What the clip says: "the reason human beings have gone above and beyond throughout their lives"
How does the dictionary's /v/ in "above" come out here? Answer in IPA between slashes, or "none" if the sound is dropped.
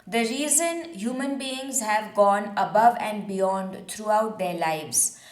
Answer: /v/